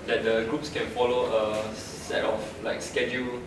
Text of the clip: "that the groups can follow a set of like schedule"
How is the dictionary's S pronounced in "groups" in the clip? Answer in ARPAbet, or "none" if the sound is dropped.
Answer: S